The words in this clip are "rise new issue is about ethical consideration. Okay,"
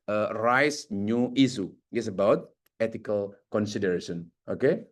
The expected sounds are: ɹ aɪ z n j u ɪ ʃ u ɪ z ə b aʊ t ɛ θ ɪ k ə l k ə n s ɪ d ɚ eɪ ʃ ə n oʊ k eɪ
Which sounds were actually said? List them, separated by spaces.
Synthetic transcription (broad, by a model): ɹ aɪ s n j u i s u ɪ s ə b aʊ t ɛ t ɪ k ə l k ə n s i d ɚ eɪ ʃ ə n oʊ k eɪ